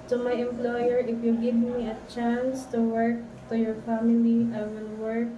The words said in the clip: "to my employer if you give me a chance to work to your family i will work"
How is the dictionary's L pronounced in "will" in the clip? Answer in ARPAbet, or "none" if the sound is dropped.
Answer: N